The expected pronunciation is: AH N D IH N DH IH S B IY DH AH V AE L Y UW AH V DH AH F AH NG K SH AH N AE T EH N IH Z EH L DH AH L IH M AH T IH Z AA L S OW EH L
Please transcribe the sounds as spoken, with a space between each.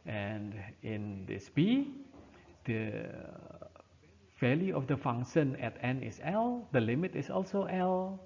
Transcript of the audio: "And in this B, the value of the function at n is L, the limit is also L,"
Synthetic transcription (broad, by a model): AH N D IH N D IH S B IY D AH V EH L Y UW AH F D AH F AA NG SH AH N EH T EH N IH S EH L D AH L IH M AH T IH S AA L S OW EH L